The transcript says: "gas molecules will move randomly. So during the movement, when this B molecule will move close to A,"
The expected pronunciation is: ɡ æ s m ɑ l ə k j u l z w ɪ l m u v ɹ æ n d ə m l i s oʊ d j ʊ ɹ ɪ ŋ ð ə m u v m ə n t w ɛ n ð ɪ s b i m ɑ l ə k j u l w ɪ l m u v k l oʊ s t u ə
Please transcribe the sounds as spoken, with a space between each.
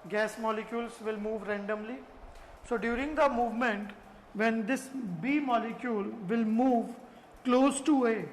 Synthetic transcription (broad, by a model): ɡ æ s m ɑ l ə k j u l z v ɪ l m u v ɹ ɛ n d ə m l i s oʊ d j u ɹ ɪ ŋ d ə m u v m ə n t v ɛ n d ɪ s b i m ɑ l ə k j u l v ɪ l m u v k l oʊ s t u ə